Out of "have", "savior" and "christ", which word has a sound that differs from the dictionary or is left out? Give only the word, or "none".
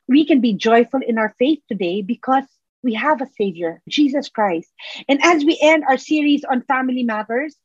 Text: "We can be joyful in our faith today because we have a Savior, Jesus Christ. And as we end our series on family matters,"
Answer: none